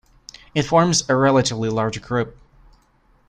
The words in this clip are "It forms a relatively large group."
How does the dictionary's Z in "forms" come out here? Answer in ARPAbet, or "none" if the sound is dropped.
Z